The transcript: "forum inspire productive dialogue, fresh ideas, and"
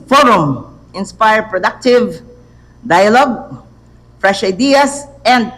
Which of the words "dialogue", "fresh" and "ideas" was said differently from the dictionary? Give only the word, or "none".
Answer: ideas